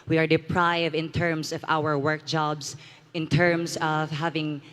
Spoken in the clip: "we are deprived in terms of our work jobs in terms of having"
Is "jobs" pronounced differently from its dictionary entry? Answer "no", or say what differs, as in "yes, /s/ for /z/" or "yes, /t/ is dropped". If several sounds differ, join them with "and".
yes, /s/ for /z/